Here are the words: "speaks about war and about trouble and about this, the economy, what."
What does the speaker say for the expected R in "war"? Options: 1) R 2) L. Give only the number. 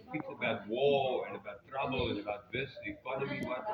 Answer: 2